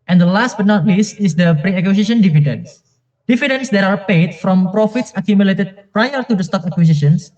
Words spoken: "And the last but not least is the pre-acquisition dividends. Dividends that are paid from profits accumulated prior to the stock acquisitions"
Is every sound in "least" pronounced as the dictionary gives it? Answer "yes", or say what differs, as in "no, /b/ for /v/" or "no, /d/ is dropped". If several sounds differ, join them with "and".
yes